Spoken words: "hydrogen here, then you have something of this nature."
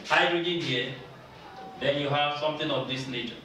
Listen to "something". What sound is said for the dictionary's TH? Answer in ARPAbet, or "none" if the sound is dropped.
T